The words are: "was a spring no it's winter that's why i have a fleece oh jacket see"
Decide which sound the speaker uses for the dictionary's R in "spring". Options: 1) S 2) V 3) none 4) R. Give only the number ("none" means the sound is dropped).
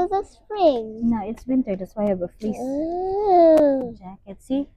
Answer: 4